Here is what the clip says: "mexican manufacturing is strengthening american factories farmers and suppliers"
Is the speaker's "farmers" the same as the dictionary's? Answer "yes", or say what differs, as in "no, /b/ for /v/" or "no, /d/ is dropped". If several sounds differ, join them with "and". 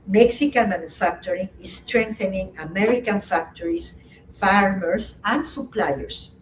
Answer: no, /s/ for /z/